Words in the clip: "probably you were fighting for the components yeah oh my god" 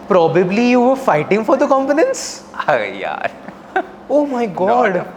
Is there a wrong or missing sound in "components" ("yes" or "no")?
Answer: yes